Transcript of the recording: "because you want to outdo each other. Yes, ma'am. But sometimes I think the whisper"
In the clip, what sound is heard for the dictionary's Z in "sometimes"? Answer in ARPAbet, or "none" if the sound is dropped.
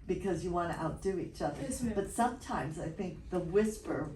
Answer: Z